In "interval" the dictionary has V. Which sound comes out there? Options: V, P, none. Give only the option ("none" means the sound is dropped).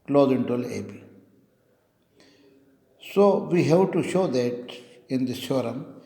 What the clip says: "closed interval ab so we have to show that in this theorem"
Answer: none